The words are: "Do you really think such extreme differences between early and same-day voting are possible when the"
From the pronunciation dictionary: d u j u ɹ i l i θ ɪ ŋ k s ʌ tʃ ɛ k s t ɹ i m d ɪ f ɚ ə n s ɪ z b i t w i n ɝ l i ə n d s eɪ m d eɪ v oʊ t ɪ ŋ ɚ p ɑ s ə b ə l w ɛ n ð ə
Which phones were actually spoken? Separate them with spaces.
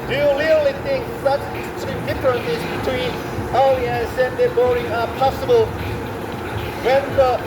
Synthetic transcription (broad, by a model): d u j u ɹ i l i θ ɪ ŋ k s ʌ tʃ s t i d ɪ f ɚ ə n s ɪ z b i t w i n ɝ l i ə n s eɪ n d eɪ b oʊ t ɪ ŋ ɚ p ɑ s ə b ə l w ɛ n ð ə